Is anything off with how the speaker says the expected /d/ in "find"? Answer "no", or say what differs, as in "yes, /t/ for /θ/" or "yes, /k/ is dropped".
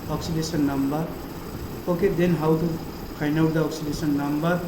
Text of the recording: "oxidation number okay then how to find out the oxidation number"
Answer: yes, /d/ is dropped